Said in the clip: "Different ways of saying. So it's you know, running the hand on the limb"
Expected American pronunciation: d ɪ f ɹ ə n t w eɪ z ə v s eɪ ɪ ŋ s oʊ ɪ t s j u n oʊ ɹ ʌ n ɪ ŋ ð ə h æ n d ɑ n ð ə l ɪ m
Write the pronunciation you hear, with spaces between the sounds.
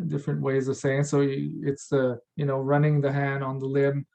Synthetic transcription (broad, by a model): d ɪ f ɹ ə n t w eɪ z ə v s eɪ ɪ ŋ s oʊ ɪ t s j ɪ n oʊ ɹ ʌ n ɪ ŋ ð ə h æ n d n ð ə l ɪ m